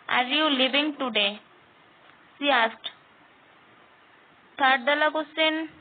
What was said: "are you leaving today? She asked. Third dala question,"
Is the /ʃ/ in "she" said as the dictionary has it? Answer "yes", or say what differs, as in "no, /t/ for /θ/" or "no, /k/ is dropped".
no, /s/ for /ʃ/